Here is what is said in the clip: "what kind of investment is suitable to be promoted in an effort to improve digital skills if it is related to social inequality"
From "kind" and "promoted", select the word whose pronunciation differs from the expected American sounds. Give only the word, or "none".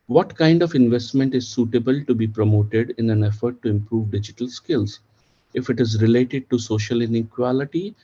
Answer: none